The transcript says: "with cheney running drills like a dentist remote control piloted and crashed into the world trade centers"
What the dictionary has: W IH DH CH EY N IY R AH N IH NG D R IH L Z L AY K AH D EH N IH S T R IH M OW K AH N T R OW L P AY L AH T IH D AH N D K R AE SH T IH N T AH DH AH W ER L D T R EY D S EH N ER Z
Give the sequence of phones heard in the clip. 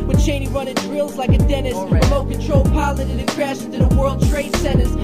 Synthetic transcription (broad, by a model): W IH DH CH EY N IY R AH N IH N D R IH L Z L AY K AH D EH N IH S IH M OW K AH N T R OW L P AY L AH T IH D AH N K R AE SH IH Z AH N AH W ER L D T R EY D S EH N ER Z